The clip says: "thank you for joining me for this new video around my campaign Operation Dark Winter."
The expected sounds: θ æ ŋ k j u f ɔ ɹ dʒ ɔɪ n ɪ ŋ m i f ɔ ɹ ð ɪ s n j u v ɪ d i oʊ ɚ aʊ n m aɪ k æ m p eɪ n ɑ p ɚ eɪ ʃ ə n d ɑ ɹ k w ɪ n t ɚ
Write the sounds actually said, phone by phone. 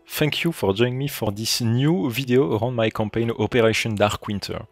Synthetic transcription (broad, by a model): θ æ ŋ k j u f ɔ ɹ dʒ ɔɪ ɪ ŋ m i f ɔ ɹ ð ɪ s n j u v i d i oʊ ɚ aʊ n m aɪ k æ m p eɪ n ɑ p ɚ eɪ ʃ ə n d ɑ ɹ k w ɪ n t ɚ